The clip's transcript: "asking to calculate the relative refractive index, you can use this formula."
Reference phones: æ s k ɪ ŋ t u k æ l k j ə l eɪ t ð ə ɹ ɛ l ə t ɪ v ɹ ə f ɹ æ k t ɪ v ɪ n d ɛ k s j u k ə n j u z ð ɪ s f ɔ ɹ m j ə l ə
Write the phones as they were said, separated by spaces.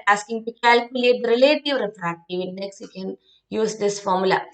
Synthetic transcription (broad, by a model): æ s k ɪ ŋ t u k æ l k j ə l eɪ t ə ɹ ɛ l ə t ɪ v ɹ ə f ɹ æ t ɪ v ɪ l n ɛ k s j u k ə n j u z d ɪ s f ɔ ɹ m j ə l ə